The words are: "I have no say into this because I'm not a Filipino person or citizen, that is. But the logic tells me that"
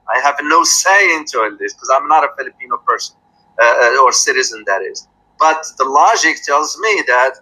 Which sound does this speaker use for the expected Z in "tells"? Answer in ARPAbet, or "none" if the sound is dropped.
Z